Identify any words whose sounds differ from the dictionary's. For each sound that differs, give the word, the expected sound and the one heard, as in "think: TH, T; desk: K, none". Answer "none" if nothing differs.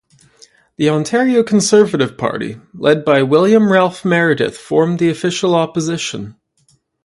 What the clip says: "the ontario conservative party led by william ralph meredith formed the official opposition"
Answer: none